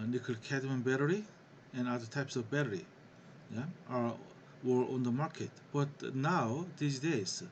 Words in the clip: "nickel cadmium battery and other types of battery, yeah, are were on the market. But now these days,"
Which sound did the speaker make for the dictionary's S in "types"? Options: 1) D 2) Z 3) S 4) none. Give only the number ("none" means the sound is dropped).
3